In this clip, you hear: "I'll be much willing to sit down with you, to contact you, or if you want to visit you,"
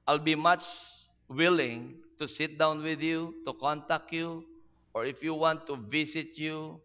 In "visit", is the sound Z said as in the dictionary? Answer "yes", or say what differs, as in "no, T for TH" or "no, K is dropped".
no, S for Z